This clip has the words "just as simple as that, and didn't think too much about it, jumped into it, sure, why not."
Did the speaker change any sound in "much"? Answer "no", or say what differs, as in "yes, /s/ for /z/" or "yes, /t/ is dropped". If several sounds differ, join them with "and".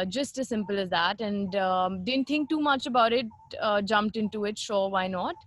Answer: no